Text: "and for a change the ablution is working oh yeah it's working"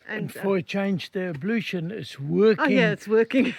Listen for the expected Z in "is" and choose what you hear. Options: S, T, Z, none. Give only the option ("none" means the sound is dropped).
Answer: S